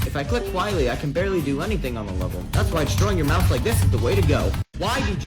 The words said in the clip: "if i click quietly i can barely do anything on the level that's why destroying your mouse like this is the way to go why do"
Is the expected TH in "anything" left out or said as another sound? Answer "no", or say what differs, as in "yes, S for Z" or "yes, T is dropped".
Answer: no